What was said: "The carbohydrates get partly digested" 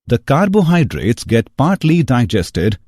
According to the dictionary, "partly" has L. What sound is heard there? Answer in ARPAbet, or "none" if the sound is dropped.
L